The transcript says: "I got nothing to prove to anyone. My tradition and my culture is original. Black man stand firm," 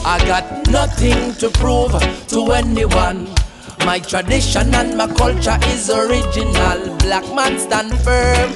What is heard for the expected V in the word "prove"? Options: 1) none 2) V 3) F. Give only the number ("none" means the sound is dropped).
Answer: 2